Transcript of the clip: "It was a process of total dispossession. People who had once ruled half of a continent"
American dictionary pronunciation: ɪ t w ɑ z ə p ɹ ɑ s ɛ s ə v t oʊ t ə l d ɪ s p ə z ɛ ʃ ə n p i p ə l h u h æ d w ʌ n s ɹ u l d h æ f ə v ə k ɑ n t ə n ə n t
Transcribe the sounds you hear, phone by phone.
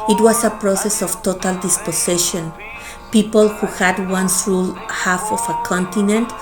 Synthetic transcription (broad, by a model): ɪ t w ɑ s ə p ɹ ɑ s ɛ s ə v t oʊ t ə l d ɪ s p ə s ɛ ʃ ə n p i p ə l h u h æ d w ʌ n s ɹ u l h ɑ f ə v ə k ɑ n t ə n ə n t